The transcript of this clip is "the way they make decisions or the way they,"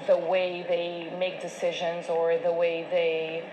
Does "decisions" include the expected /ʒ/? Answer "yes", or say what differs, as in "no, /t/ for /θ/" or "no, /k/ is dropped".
yes